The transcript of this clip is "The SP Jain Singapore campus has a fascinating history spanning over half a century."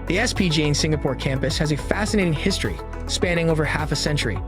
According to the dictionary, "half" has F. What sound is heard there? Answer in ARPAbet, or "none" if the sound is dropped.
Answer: F